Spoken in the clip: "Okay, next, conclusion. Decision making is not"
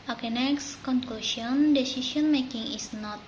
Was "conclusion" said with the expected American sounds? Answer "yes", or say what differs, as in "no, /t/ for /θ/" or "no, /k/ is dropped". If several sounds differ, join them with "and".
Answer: no, /s/ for /ʒ/